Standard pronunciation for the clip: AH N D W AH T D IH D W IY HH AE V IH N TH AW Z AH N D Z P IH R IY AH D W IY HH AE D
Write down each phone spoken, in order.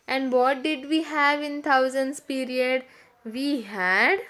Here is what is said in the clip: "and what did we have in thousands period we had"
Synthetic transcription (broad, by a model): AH N D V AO T D IH D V IY HH AE V IH N T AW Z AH N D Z P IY R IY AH D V IY HH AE D